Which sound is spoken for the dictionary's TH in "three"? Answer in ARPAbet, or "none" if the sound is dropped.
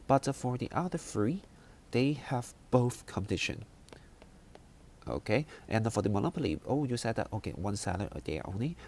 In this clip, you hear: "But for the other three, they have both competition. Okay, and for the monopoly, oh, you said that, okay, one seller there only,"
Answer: F